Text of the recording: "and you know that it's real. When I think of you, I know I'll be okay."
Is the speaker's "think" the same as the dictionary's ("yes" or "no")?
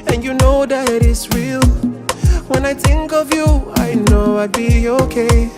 yes